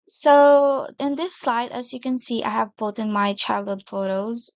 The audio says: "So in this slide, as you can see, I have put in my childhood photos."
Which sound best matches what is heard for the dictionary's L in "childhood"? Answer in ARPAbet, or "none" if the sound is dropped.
L